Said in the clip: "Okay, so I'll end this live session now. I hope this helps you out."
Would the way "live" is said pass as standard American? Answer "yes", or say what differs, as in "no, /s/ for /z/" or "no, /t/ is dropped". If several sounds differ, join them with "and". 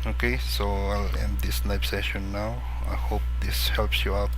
no, /n/ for /l/ and /p/ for /v/